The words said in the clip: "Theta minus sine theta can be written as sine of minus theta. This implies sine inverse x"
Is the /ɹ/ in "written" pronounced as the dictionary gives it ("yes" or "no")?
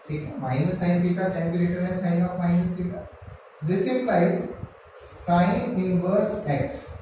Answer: no